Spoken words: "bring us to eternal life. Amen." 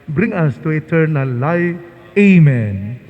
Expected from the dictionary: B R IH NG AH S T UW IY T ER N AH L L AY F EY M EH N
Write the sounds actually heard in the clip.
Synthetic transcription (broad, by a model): B R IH NG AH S T UW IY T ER N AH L L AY EY M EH N